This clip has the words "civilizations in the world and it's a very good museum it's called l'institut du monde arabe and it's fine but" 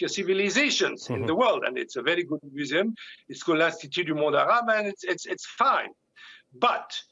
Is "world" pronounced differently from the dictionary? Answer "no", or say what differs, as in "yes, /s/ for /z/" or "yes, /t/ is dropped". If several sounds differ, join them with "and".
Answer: no